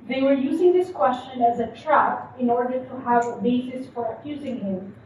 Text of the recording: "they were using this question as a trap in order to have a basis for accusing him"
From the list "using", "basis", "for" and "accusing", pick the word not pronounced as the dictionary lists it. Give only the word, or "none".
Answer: none